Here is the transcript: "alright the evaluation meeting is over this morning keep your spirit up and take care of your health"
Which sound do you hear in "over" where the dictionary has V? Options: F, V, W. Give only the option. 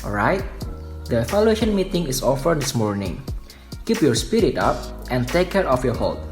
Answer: F